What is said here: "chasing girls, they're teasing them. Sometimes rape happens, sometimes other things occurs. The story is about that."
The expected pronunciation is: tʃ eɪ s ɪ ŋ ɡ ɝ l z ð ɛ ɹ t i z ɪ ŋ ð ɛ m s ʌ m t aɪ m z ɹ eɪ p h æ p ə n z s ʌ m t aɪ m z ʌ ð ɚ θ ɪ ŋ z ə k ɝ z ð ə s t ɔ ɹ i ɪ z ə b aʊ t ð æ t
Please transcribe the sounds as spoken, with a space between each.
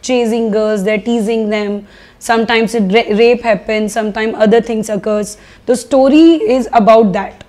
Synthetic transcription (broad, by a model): tʃ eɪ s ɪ ŋ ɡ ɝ z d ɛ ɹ t i z ɪ ŋ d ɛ m s ʌ m t aɪ m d ɹ eɪ p h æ p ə n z s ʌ m t aɪ m ʌ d ɚ t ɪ ŋ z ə k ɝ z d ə s t ɔ ɹ i ɪ z ə b aʊ t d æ t